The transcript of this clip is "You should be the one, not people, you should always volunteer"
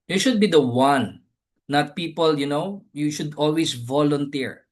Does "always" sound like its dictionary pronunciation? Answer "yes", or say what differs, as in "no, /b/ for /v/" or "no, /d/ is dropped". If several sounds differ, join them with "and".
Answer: no, /s/ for /z/